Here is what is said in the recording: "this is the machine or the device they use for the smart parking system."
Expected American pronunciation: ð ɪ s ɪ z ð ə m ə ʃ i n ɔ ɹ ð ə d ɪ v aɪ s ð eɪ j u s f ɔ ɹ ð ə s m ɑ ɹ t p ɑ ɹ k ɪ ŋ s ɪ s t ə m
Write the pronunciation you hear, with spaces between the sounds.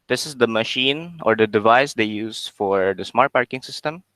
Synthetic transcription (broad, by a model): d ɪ s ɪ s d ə m ə ʃ i n ɔ ɹ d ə d ɪ v aɪ s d eɪ j u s f ɔ ɹ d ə s m ɑ ɹ t p ɑ ɹ k ɪ ŋ s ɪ s t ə m